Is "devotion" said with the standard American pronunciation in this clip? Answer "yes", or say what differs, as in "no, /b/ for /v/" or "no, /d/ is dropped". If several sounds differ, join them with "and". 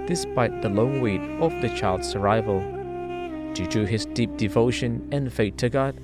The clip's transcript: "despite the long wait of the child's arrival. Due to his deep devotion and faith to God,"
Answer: yes